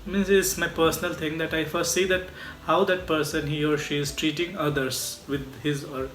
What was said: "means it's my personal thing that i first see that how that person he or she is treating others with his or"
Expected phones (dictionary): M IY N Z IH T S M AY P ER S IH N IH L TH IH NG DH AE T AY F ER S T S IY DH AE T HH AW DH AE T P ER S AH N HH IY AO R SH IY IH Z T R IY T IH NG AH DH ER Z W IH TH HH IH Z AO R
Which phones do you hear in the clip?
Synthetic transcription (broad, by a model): M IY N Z IH T S M AY P ER S IH N IH L T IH NG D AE T AY F ER S T S IY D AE T HH AW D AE T P ER S AH N HH IY AO R SH IY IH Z T R IY T IH NG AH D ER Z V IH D HH IH Z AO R